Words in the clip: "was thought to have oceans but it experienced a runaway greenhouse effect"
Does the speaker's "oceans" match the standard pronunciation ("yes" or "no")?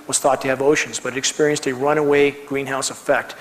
yes